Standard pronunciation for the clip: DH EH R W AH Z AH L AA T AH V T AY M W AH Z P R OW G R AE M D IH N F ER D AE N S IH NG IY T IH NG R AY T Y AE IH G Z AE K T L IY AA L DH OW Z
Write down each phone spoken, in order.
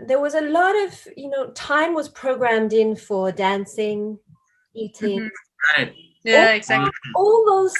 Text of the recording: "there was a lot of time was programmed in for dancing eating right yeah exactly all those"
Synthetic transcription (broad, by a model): DH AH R W AH Z AH L AA T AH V T AY M W AH Z P R OW G R AE M D IH N F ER D AE N S IH NG IY T IH NG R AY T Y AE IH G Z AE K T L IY AA L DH OW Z